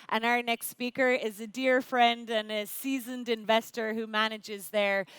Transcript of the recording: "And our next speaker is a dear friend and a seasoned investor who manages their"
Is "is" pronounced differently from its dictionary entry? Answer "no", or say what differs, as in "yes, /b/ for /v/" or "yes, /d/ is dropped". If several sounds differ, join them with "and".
no